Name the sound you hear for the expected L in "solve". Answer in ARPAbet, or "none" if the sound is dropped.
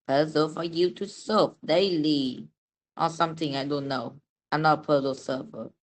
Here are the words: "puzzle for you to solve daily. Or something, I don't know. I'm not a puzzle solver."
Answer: none